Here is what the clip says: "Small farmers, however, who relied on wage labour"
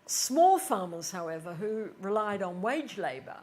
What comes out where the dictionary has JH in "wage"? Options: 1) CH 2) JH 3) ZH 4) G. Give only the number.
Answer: 2